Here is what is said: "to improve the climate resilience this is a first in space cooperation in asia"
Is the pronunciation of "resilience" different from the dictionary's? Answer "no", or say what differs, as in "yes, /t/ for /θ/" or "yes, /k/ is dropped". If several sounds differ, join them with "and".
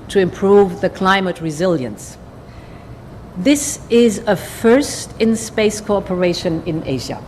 no